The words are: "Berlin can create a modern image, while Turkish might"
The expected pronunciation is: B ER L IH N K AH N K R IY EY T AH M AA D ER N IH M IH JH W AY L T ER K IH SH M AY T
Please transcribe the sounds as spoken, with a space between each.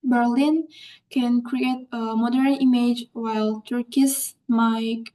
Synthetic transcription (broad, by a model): B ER L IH N K AH N K R IY EY T AH M AA D ER N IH M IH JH W AY L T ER K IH S M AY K